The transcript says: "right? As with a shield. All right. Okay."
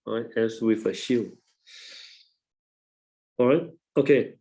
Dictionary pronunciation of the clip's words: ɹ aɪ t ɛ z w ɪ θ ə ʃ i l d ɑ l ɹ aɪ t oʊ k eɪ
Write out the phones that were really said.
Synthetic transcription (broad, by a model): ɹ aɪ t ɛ s w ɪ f ə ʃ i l ɑ ɹ aɪ t oʊ k eɪ